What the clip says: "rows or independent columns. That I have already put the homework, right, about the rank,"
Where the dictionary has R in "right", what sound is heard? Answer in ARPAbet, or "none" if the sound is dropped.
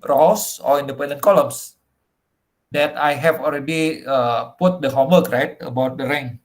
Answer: R